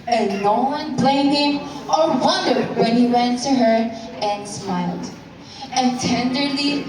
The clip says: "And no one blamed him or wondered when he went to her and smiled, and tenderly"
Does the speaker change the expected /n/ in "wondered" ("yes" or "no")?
no